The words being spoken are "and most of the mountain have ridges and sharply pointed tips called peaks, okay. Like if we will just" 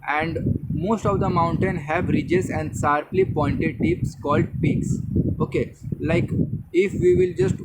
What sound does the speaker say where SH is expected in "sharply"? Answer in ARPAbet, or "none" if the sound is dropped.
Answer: S